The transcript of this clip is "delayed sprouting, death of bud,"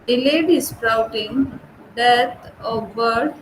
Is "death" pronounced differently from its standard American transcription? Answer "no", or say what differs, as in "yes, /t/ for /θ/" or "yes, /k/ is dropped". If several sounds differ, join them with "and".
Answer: yes, /t/ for /θ/